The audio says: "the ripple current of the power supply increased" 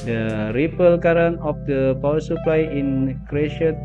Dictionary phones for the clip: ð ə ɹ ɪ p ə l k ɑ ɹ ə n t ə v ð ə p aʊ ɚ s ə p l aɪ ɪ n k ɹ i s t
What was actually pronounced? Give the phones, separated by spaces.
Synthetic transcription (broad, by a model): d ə ɹ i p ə l k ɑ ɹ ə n ə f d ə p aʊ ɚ s ə p l aɪ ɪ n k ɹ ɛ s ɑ